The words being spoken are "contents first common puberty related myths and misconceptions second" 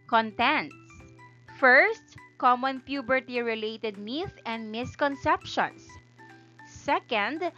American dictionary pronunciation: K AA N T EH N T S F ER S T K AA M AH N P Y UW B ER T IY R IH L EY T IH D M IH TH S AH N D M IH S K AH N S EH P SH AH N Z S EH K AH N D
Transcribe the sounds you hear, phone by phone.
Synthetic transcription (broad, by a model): K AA N T EH N T S F ER S T K AA M AH N P Y UW B ER T IY R IH L EY T IH D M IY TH AH N D M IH S K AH N S EH P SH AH N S S EH K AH N D